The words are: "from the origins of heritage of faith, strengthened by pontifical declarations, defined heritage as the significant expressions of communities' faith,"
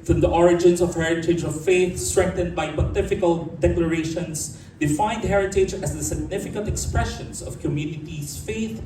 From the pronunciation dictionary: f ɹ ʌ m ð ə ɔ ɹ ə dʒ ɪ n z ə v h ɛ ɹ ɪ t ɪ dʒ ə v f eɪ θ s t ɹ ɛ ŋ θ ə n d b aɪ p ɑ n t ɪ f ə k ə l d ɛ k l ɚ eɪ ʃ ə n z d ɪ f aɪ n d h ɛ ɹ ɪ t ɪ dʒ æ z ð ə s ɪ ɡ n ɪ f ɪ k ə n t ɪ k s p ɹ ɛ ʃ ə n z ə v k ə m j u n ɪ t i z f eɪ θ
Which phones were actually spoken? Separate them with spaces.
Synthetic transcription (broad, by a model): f ɹ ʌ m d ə ɔ ɹ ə dʒ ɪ n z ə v h ɛ ɹ ɪ t ɪ dʒ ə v f eɪ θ s t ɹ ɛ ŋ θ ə n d b aɪ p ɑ t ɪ f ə k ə l d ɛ k l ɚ eɪ ʃ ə n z d ɪ f aɪ n d h ɛ ɹ ɪ t ɪ dʒ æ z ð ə s ɪ ɡ n ɪ f ɪ k ə n t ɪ k s p ɹ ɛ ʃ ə n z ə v k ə m j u n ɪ t i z f eɪ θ